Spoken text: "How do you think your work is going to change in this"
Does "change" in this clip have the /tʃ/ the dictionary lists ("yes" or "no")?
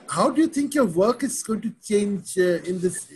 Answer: yes